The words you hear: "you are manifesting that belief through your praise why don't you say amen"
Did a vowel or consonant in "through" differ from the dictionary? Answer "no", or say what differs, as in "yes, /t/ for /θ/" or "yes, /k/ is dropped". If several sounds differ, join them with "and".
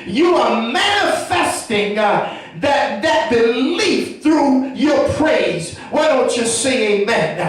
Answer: no